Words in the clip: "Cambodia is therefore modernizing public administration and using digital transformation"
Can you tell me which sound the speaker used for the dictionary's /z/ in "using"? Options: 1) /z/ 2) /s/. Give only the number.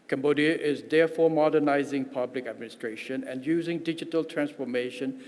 1